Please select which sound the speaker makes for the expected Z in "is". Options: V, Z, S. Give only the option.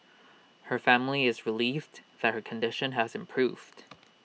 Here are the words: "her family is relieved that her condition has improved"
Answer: Z